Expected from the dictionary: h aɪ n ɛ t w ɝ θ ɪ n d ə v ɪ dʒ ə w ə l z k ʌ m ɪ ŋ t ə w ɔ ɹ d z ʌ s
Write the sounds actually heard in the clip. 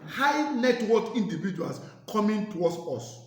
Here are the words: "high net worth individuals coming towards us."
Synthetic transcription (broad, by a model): h aɪ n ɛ t w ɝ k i n d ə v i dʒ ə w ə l s k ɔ m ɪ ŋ t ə w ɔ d s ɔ s